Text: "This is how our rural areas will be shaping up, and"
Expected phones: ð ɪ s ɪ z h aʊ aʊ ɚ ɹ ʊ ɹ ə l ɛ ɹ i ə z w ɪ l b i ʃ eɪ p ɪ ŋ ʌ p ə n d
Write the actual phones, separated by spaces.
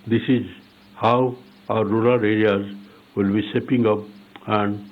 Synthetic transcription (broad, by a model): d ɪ s ɪ z h aʊ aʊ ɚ ɹ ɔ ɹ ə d ɛ ɹ i ə z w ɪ l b i s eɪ p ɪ ŋ ʌ p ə n d